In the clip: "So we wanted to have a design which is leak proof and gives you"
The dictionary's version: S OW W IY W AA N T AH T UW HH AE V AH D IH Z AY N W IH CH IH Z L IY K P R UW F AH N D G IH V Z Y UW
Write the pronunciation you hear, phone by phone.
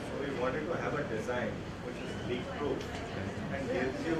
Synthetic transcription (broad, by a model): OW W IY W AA N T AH T UW HH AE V AH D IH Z AY N W IH CH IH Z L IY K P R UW AH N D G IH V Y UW